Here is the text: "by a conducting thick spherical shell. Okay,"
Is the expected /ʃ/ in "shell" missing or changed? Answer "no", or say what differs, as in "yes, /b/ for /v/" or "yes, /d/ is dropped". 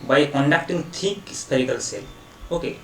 yes, /s/ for /ʃ/